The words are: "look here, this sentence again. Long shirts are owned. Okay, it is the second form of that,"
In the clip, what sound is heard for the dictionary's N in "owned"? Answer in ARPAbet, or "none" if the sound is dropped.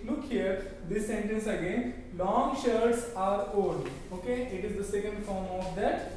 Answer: none